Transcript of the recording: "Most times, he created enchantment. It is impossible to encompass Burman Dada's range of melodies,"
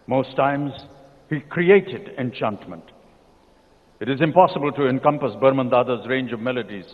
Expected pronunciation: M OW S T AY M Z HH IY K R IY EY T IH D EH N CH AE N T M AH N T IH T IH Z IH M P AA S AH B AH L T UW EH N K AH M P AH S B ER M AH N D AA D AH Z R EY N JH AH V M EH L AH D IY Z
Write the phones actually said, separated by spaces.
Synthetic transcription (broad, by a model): M OW S T AY M Z HH IY K R IY EY T IH D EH N CH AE N T M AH N T IH T IH Z IH M P AA S AH B AH L T UW EH N K AH M P AH S B ER M AH N D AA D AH Z R EY N JH AH V M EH L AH D IY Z